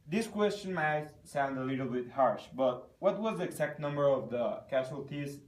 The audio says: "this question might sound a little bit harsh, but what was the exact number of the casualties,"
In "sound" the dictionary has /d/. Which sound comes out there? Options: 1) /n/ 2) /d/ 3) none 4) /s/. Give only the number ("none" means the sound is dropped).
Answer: 2